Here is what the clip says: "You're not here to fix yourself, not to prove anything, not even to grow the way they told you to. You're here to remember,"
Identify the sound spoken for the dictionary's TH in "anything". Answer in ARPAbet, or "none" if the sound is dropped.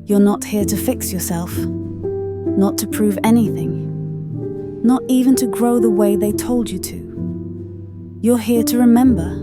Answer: TH